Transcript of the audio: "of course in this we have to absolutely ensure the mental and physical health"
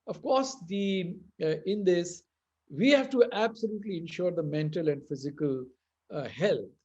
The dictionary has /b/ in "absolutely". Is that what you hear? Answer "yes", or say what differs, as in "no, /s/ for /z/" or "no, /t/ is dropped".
yes